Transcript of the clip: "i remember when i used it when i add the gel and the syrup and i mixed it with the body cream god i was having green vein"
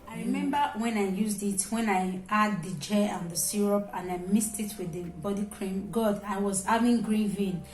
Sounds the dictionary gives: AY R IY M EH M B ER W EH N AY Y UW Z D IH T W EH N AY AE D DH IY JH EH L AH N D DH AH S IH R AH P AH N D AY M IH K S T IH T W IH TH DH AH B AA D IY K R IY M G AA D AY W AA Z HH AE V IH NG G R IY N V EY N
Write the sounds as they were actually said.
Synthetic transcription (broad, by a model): AY R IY M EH M B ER W EH N AY Y UW Z D IH T W EH N AY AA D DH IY JH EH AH N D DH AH S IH R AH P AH N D AY M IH S T IH T W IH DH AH B AA D IY K R IY M G AA D AY W AA Z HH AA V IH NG G R IY N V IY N